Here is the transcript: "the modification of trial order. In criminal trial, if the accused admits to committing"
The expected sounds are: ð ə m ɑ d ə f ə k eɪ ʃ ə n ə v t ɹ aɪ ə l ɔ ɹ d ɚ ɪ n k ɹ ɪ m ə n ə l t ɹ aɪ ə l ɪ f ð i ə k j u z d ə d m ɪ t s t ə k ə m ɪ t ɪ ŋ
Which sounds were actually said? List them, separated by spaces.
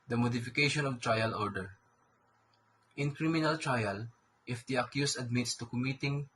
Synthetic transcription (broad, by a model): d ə m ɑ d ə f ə k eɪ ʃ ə n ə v t ɹ aɪ ə l ɔ ɹ d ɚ ɪ n k ɹ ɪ m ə n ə l t ɹ aɪ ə l ɪ f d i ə k j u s ə d m ɪ t s t ə k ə m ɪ t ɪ ŋ